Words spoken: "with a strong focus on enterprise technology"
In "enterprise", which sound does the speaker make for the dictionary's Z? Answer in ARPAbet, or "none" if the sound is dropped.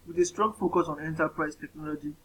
S